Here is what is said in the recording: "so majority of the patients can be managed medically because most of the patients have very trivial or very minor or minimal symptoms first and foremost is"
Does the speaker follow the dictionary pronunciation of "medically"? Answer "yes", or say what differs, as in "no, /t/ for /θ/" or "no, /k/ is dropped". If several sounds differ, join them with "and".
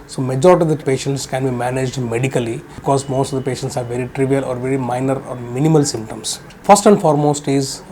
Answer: no, /l/ is dropped